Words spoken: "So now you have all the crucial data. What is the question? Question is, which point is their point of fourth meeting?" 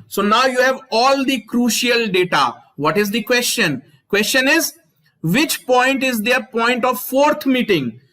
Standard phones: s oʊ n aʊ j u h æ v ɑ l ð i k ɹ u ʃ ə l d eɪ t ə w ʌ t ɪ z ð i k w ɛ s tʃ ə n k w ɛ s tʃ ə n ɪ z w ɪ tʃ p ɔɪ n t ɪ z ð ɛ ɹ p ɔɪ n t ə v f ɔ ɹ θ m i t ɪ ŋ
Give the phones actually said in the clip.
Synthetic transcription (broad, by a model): s oʊ n aʊ j u h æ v ɑ l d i k ɹ u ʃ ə l d eɪ t ə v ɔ t ɪ z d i k w ɛ s tʃ ə n k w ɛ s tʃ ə n ɪ z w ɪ tʃ p ɔɪ n t ɪ z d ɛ ɹ p ɔɪ n t ə v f ɔ ɹ t m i t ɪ ŋ